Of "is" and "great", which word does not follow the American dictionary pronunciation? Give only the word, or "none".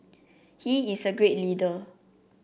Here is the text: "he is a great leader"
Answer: is